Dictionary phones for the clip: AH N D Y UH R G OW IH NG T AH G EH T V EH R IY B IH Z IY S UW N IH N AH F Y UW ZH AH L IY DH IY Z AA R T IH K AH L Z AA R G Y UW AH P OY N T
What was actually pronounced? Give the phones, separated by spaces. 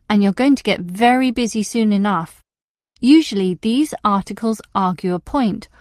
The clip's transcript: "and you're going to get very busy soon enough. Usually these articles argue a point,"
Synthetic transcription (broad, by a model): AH N Y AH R G OW IH NG T AH G EH T V EH R IY B IH Z IY S UW N IH N AH F Y UW ZH AH L IY DH IY Z AA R T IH K AH L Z AA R G Y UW AH P OY N T